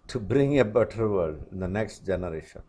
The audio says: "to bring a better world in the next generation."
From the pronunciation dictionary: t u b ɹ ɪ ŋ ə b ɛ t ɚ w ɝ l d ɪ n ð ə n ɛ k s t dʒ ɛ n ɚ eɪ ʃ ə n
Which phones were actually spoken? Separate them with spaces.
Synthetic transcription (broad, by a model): t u b ɹ ɪ ŋ ə b ɛ t ɚ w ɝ d ɪ n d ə n ɛ k s t dʒ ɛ n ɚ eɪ ʃ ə n